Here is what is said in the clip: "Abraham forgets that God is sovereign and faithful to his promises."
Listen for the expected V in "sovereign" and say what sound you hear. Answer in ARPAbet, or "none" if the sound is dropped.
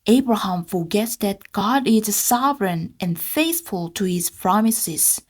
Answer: V